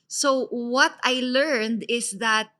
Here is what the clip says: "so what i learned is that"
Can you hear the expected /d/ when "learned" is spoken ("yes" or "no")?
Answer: yes